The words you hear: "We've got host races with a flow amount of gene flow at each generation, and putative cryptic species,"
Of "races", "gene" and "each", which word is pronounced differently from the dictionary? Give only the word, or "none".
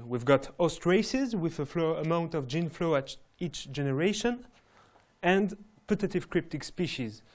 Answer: none